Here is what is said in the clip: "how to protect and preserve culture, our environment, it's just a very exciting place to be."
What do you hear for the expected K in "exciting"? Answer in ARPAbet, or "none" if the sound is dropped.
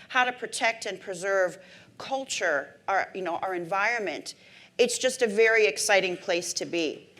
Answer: K